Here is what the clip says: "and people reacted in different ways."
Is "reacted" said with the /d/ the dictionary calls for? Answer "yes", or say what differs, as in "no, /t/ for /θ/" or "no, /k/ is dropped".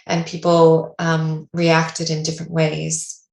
yes